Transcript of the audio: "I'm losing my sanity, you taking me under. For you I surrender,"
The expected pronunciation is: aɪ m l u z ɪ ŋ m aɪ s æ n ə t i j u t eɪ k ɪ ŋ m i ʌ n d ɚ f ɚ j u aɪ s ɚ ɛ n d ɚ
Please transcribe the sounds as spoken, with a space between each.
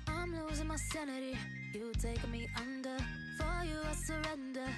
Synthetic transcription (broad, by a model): aɪ m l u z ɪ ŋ m aɪ s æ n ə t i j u t eɪ ɪ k m i ʌ n d ɚ f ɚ j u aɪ s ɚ ɛ n d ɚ